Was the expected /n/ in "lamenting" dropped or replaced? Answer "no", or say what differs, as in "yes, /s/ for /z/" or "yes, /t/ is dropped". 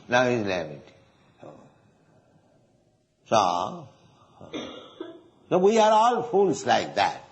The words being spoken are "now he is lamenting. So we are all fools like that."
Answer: yes, /n/ is dropped